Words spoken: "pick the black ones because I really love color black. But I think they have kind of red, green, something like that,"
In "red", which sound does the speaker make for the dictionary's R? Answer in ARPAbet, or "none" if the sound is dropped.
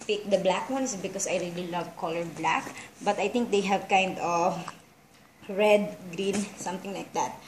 R